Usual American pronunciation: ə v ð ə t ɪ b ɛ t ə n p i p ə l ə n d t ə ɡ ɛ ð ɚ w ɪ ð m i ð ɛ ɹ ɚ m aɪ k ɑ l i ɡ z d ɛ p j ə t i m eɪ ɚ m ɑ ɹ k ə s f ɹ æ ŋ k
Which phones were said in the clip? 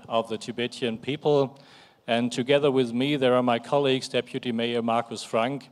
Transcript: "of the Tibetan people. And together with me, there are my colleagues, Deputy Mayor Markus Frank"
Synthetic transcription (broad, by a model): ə v ð ə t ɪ b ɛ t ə n p i p ə l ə n t ə ɡ ɛ ð ɚ w ɪ ð m i ð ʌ ɹ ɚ m aɪ k ɑ l i ɡ z d ɛ p j ə t i m eɪ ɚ m ɑ ɹ k ə s f ɹ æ ŋ k